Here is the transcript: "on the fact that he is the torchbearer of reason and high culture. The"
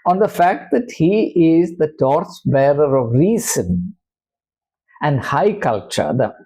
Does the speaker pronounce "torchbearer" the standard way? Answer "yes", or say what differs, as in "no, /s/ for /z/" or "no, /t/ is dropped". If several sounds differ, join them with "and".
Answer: no, /s/ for /tʃ/